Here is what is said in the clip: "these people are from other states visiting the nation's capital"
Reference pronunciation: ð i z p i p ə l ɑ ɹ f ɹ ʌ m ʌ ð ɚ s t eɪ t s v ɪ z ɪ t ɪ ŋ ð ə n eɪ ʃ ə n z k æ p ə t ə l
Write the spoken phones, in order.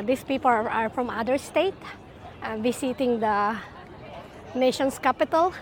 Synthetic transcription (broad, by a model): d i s p i p ə l ɑ ɹ f ɹ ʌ m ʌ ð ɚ s t eɪ t v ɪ s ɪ t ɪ ŋ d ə n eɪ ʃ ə n s k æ p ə t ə l